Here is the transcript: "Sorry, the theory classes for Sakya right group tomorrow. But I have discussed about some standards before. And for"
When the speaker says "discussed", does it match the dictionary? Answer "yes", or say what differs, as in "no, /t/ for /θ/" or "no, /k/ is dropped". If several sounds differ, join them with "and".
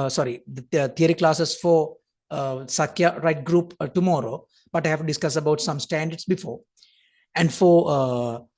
no, /t/ is dropped